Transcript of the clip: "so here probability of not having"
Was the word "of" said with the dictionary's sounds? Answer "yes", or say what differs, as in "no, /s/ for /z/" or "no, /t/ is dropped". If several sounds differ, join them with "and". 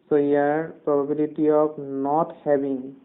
no, /p/ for /v/